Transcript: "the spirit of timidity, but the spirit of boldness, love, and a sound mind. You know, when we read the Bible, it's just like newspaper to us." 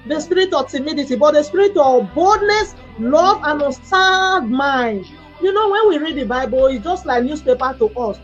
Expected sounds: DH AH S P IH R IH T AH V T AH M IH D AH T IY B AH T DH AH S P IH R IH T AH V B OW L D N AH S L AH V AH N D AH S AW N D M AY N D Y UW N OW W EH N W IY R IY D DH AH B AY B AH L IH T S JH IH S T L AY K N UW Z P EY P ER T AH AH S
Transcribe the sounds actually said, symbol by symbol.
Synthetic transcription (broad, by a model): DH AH S P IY R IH T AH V T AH M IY D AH T IY B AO T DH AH S P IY R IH T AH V B OW L D N AH S L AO V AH N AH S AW D M AY N D Y UW N OW W EH N W IY R IY D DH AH B AY B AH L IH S JH IH S T L AY K N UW S P EY P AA T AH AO S